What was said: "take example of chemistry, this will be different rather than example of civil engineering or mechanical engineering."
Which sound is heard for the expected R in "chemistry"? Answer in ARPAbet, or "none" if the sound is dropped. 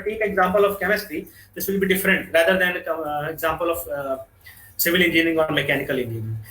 none